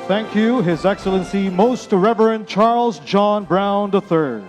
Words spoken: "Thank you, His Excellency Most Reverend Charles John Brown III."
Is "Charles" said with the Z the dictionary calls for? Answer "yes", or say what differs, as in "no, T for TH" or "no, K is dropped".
yes